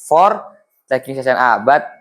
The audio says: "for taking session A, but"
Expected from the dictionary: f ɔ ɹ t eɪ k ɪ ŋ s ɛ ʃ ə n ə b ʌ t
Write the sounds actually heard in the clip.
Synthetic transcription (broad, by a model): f ɔ ɹ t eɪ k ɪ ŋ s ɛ s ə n ə b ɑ t